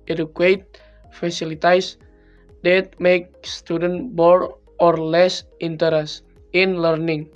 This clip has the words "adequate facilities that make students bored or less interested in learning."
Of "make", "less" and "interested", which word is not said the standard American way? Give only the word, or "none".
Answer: interested